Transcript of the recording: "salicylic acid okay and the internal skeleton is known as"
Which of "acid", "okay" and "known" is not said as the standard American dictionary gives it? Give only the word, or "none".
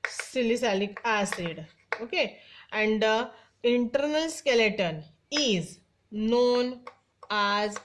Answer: none